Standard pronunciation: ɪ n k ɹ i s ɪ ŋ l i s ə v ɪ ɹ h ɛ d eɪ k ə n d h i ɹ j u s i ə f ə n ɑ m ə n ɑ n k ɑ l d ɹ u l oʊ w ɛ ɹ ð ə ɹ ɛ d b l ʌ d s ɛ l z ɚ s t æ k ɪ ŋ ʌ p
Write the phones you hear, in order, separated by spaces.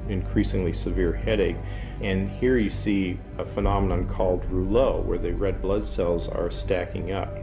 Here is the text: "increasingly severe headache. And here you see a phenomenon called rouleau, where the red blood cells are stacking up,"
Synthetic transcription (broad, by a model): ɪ n k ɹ i s ɪ ŋ l i s ə v ɪ ɹ h ɛ d eɪ k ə n h i ɹ j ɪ s i ə f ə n ɑ m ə n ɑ n k ɑ l d ɹ u l oʊ w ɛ ɹ ð ə ɹ ɛ d b l ʌ d s ɛ l z ɚ s t æ k ɪ ŋ ʌ p